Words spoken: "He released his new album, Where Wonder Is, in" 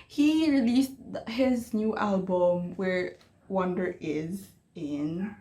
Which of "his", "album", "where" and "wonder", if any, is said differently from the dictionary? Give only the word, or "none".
none